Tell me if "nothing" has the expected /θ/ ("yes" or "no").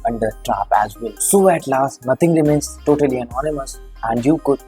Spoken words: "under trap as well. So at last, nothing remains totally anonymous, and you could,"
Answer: no